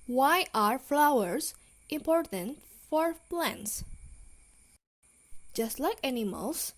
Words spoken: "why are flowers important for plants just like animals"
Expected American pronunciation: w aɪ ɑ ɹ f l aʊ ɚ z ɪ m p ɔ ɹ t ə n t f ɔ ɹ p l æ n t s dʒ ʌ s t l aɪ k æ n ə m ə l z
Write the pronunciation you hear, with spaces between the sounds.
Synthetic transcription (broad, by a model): w aɪ ɑ ɹ f l aʊ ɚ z ɪ m p ɔ ɹ t ə n t f ɔ ɹ p l æ n t s dʒ ʌ s t l aɪ k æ n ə m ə l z